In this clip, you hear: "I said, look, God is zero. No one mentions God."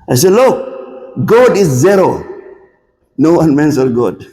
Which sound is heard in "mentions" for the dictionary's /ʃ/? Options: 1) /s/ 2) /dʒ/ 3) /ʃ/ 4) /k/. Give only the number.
1